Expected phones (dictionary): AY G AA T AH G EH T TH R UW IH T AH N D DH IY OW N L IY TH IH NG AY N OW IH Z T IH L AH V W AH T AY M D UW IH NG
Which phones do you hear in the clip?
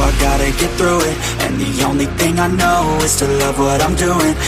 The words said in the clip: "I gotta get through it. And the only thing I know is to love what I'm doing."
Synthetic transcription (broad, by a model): AY G AA T AH G EH T TH R UW IH T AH N DH IY OW N L IY TH IH NG AY N OW IH Z T IH L AH V W AH T AY M D UW IH NG